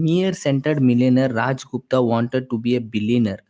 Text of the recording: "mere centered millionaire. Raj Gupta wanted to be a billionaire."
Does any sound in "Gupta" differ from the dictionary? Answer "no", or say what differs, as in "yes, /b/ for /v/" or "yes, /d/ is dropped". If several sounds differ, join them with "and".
no